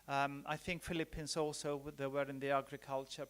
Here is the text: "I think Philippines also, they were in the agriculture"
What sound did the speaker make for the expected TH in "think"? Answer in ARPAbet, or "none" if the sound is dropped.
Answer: TH